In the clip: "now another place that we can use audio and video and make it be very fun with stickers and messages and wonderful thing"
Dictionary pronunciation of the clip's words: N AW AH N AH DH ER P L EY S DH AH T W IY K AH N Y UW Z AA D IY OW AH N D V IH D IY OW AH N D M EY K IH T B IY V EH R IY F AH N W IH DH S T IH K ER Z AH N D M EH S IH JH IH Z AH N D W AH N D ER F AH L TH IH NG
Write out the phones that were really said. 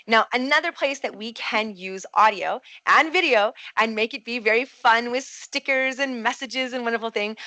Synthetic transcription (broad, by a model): N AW AH N AH DH ER P L EY S DH AH T W IY K AH N Y UW Z AA D IY OW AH N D V IH D IY OW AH N M EY K IH T B IY V EH R IY F AH N W IH DH S T IH K ER Z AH N M EH S IH JH IH Z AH N W AH N D ER F L TH IH NG